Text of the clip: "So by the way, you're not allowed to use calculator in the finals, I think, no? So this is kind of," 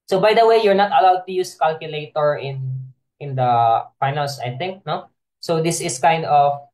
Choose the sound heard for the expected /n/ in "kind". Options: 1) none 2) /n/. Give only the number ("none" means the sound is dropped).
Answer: 2